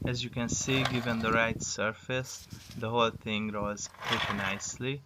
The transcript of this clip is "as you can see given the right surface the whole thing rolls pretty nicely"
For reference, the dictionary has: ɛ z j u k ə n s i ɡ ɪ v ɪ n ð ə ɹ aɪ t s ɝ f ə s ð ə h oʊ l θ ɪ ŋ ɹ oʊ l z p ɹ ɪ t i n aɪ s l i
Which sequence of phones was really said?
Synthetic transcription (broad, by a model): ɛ z j u k ə n s i ɡ ɪ v ɪ n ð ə ɹ aɪ t s ɝ f ə s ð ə h oʊ l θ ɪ ŋ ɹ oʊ z p ɹ ɪ t i n aɪ s l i